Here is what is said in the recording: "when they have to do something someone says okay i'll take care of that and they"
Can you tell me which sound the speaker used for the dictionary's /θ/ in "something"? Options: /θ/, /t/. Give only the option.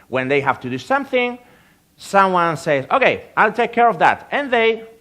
/θ/